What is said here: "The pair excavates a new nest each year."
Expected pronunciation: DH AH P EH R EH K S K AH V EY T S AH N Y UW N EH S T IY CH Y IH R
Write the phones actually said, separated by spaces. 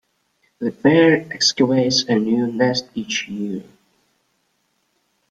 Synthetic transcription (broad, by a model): DH AH B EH R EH K S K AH EY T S AH N Y UW N EH S T IY CH Y IH R